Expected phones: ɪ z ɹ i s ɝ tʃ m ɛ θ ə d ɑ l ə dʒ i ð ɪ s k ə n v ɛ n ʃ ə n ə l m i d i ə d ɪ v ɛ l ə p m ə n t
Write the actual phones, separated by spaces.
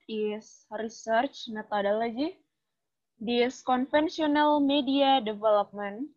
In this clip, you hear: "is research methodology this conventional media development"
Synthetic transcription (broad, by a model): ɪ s ɹ i s ɝ tʃ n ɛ t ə d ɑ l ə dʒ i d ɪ s k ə n f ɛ n s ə n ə l m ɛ d i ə d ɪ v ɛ l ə p m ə n